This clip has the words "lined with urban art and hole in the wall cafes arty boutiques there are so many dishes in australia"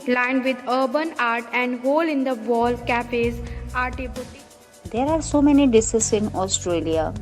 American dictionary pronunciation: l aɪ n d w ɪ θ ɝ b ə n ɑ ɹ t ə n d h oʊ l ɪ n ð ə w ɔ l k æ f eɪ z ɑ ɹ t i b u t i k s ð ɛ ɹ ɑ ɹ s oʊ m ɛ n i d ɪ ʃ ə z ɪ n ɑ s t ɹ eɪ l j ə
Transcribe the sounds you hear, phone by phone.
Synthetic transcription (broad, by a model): l aɪ n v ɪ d ɝ b ə n ɑ ɹ t ə n d h oʊ l ɪ n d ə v ɔ l k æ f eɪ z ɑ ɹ t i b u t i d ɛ ɹ ɑ ɹ s oʊ m ɛ n i d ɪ s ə s ɪ n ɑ s t ɹ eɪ l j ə